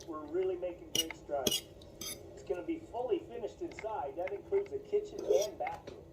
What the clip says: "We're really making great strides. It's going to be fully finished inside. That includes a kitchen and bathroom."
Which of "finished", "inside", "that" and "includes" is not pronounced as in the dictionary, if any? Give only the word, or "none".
none